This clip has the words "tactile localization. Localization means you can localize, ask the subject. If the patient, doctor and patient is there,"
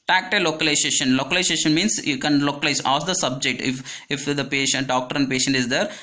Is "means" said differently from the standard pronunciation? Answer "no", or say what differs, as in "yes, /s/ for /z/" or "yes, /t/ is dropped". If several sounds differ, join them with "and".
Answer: yes, /s/ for /z/